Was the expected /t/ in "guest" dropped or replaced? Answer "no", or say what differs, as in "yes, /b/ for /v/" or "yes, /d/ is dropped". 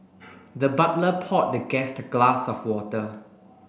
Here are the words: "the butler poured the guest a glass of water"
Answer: no